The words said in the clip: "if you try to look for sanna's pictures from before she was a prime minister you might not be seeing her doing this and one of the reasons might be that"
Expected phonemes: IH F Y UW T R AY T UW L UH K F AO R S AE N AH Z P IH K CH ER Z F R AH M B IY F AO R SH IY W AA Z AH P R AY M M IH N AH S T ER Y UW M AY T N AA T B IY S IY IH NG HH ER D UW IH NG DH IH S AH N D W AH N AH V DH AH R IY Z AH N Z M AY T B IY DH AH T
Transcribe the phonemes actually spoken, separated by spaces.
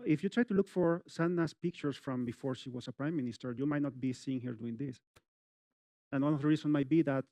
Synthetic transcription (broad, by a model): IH F Y UW T R AY T UW L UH K F AO R S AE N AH S P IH K CH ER S F R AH M B IY F AO R SH IY W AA S AH P R AY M M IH N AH S T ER Y UW M AY T N AA T B IY S IY IH NG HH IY D UW IH NG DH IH S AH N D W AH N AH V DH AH R IY S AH N M AY T B IY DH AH T